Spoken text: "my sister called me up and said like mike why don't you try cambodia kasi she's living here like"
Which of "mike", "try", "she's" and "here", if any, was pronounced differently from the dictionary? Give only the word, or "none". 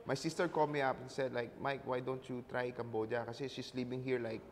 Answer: she's